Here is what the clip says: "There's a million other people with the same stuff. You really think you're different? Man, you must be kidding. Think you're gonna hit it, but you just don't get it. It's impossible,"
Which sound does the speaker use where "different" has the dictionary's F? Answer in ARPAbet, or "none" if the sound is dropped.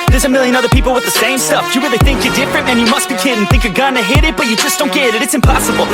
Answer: F